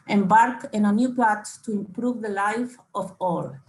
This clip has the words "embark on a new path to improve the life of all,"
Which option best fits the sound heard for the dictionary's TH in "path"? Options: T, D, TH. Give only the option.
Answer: T